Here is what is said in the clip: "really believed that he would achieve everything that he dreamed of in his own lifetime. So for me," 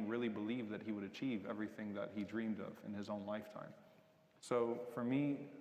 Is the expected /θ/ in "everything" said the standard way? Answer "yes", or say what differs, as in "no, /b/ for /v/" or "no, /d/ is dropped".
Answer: yes